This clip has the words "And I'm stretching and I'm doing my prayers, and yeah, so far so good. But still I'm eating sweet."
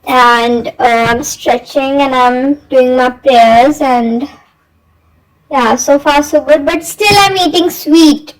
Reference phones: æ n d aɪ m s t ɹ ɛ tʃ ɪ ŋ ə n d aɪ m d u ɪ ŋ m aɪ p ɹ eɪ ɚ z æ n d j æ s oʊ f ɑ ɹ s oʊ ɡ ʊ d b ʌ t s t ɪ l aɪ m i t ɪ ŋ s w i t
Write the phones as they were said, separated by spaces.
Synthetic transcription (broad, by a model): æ n d aɪ m s t ɹ ɛ tʃ ɪ ŋ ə n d aɪ m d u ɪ ŋ m aɪ p ɹ eɪ ɚ z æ n d j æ s oʊ f ɑ ɹ s oʊ ɡ ʊ d b ʌ t s t ɪ l aɪ m i t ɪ ŋ s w i t